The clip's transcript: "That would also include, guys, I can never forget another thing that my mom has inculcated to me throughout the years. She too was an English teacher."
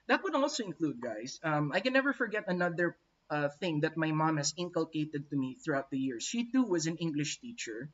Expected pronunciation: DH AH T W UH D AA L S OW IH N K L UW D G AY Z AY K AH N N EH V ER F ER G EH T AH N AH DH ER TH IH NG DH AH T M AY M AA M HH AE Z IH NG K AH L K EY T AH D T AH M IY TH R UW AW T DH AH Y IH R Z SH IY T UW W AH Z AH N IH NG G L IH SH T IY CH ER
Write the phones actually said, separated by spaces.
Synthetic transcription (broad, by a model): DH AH T W UH D AA L S OW IH N K L UW D G AY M AY K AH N N EH V ER F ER G EH T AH N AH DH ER TH IH NG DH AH T M AY M AA M HH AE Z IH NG K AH L K EY T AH D T AH M IY TH R UW AW T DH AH Y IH R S SH IY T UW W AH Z AH N IH NG G L IH SH T IY CH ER